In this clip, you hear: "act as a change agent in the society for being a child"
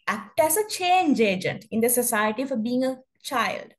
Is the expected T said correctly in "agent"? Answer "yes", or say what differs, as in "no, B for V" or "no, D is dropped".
yes